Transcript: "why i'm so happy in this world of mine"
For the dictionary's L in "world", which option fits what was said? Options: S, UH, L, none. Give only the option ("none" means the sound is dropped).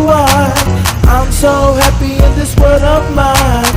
none